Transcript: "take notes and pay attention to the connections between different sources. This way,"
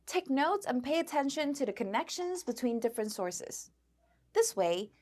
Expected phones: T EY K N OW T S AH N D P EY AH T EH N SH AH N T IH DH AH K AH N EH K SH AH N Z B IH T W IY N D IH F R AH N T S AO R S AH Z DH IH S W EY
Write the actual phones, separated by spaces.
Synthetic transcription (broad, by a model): T EY K N OW T S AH N P EY AH T EH N SH AH N T IH DH AH K AH N EH K SH AH N Z B IH T W IY N D IH F R AH N T S AO R S AH Z DH IH S W EY